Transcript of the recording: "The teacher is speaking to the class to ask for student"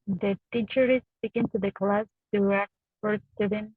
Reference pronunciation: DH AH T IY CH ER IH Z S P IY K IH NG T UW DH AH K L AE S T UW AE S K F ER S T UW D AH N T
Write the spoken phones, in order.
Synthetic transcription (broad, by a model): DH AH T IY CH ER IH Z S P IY K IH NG T UW DH AH K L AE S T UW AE K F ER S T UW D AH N